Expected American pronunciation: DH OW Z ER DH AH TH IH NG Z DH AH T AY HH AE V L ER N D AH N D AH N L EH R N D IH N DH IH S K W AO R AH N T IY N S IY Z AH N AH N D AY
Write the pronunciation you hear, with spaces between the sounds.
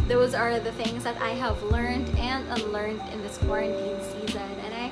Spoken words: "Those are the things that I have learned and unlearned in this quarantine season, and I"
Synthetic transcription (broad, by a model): DH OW Z ER DH AH TH IH NG Z DH AH T AY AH V L ER N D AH N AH L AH R N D IH N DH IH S K W AO R AH N T IY N S IY Z AH N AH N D AY